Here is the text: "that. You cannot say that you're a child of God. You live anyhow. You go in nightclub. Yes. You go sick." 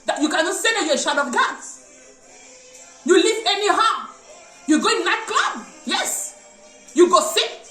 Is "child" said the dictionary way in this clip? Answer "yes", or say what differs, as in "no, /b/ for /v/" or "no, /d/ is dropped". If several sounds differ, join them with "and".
no, /ʃ/ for /tʃ/ and /l/ is dropped